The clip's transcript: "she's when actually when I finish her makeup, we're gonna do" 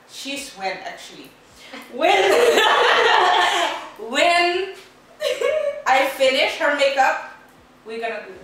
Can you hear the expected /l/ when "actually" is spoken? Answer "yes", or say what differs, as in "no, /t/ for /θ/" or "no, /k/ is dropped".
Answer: no, /w/ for /l/